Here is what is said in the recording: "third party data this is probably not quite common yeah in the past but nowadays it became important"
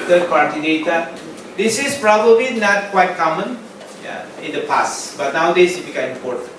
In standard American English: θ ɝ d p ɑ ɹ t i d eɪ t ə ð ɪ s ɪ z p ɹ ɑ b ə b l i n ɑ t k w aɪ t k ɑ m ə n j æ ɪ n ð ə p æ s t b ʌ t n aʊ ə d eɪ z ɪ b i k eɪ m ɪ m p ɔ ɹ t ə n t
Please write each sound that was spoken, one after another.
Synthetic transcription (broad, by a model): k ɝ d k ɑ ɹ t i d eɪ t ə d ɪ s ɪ s p ɹ ɑ b ə b l i n ɑ t k w aɪ t k ɑ m ə n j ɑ ɪ n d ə p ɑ s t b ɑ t n aʊ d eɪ s ɪ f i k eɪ ɪ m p ɔ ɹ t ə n